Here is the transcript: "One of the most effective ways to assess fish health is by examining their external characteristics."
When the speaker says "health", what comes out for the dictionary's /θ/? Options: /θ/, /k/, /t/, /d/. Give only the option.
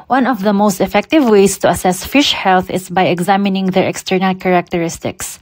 /θ/